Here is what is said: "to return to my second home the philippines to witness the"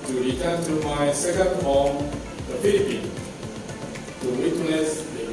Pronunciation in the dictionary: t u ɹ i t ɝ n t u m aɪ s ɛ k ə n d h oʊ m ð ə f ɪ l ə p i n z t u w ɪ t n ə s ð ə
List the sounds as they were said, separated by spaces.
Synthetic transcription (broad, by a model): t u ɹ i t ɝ n t u m aɪ s ɛ k ə n d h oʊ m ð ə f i l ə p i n t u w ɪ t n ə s